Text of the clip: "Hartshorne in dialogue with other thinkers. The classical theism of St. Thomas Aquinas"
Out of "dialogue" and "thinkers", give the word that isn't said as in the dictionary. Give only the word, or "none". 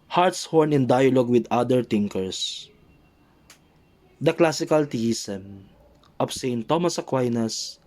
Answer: thinkers